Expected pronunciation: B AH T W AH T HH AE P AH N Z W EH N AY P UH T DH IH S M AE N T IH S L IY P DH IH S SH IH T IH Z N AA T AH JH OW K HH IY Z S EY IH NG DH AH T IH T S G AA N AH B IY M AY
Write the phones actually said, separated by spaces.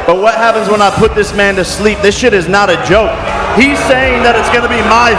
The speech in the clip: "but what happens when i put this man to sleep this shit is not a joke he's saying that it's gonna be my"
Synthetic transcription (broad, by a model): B AH T W AH T HH AE P AH N Z W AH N AY P UH T DH IH S M AE N T IH S L IY P DH IH S SH IH T IH Z N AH T AH JH OW K HH IY Z S EY IH NG DH AH T IH T S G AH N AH B IY M AY